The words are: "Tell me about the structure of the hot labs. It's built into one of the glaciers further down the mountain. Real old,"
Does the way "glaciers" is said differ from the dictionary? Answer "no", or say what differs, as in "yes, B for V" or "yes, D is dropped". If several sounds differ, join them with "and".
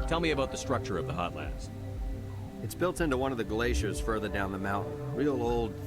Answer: no